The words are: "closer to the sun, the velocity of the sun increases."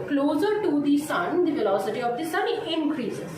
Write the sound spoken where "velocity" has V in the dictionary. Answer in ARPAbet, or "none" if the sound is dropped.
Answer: F